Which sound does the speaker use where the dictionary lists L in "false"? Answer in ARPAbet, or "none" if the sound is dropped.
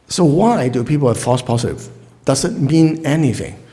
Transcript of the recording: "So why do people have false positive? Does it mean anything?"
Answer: none